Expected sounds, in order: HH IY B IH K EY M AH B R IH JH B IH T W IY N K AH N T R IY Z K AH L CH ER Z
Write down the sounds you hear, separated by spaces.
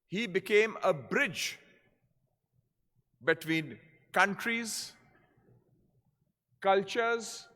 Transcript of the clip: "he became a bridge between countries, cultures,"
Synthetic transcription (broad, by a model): HH IY B IH K EY M AH B R IH JH B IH T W IY N K AH N T R IY Z K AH L CH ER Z